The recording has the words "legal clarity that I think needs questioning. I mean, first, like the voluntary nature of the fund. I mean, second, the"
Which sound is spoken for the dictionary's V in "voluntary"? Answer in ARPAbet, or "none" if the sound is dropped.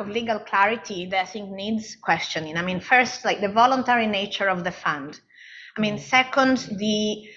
V